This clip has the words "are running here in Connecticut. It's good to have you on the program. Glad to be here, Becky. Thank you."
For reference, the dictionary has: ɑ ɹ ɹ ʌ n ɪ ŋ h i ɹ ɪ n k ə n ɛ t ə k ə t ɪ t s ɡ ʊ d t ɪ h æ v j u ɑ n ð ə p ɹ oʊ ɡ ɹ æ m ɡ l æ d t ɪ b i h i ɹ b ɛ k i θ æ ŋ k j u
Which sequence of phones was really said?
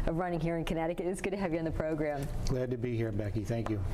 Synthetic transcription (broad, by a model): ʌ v ɹ ʌ n ɪ ŋ h i ɹ ɪ n k ə n ɛ t ə k ə t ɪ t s ɡ ʊ d t ɪ h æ v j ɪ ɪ n ð ə p ɹ oʊ ɡ ɹ æ m ɡ l æ d t ɪ b i h i ɹ b ɛ k i θ æ ŋ k j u